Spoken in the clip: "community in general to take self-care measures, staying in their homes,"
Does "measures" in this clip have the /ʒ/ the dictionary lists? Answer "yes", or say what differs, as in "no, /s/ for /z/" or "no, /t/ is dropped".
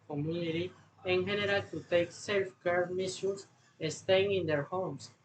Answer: no, /s/ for /ʒ/